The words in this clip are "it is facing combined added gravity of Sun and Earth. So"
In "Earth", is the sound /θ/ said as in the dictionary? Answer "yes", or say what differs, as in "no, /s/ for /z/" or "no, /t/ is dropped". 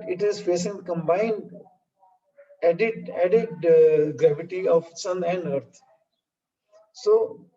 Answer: no, /t/ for /θ/